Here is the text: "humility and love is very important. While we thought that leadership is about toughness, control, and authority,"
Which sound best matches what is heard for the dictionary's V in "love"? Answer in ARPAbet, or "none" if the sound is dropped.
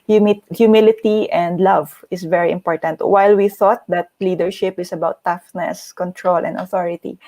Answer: V